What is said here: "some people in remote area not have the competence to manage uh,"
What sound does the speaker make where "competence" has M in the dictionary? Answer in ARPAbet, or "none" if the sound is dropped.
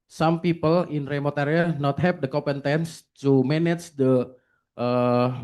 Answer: none